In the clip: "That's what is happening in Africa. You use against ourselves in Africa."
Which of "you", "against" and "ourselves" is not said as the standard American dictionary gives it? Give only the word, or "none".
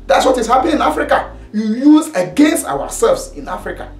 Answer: ourselves